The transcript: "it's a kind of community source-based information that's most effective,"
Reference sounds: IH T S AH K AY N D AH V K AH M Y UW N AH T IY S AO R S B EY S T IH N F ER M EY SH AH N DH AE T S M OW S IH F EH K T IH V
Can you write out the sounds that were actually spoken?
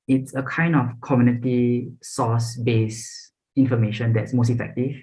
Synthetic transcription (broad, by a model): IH T S AH K AY N D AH F K AH M Y UW N AH T IY S AO S B EY S IH N F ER M EY SH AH N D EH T S M OW S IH F EH K T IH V